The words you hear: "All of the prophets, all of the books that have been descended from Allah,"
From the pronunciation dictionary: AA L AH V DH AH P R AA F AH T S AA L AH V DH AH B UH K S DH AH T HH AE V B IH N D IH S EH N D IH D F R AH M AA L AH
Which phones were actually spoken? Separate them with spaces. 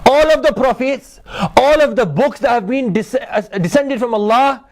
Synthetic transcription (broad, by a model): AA L AH V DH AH P R AA F AH T S AA L AH V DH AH B UH K S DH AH T HH AE V B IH N D IH S EH N D IH D F R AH M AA L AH